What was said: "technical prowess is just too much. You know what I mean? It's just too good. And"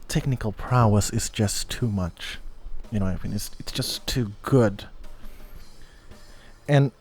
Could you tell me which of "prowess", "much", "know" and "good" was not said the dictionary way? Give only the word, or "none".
none